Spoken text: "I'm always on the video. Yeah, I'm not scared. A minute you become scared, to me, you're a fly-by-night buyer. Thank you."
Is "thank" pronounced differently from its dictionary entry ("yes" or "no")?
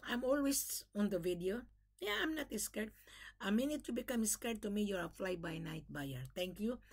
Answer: yes